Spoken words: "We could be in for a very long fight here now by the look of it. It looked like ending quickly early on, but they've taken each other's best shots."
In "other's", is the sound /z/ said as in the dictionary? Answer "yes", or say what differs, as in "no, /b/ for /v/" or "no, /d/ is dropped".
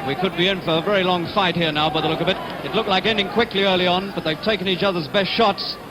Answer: yes